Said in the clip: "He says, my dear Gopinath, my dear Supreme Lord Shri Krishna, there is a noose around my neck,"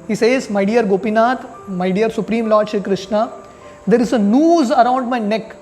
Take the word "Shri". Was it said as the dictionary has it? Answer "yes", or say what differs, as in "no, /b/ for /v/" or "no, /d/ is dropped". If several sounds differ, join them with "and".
no, /ɹ/ is dropped